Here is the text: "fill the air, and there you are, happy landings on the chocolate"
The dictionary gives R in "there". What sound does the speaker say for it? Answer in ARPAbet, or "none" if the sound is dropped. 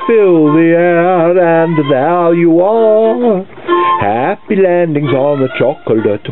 L